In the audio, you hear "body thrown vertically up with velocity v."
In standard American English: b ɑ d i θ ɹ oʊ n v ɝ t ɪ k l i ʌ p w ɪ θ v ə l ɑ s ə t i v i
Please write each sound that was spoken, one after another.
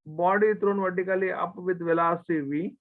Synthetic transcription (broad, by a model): b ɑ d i t ɹ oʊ n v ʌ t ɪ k l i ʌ p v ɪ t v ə l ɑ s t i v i